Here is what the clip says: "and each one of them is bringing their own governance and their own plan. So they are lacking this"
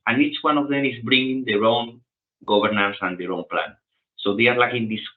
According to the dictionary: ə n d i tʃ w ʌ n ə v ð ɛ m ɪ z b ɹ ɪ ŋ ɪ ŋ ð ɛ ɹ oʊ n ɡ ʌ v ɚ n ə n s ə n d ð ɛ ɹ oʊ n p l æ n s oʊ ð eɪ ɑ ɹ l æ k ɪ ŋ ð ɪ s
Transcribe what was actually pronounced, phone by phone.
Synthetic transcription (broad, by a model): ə n i tʃ w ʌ n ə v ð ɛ m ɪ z b ɹ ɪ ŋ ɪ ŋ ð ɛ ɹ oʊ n ɡ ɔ b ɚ n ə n s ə n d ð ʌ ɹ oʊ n p l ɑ n s oʊ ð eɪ ɑ ɹ l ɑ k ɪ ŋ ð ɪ s